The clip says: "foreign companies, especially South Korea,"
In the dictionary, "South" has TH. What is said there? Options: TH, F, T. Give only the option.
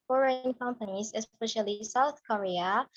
TH